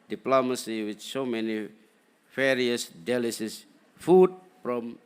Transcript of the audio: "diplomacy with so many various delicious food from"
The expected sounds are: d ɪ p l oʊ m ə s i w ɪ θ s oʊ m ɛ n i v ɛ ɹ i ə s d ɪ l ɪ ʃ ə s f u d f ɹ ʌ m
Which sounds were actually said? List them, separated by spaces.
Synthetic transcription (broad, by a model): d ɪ p l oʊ m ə s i w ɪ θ s oʊ m ɛ n i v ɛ ɹ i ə s d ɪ l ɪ s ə s f u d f ɹ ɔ m